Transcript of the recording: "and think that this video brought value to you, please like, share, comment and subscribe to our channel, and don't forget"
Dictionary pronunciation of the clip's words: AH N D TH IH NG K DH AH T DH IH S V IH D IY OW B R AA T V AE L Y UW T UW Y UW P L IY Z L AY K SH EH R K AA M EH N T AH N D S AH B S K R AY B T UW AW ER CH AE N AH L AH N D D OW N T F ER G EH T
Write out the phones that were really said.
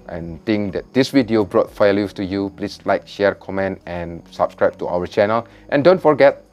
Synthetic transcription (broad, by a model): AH N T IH NG K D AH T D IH S W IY D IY OW B R AA T F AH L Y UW T UW Y UW P L IY S L AY K SH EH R K AA M EH N T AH N S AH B S K R AY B T UW AW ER CH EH N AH L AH N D D OW N T F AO G EH T